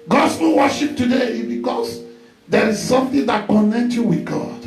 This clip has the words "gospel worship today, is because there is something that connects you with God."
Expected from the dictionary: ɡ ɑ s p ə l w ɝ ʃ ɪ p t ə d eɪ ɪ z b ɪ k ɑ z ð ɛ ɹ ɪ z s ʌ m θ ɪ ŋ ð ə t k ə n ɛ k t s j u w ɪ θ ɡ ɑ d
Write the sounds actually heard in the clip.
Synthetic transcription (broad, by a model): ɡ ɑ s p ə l w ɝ ʃ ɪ p t ə d eɪ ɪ b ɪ k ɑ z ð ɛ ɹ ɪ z s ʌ m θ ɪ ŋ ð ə t k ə n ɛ k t j u w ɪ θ ɡ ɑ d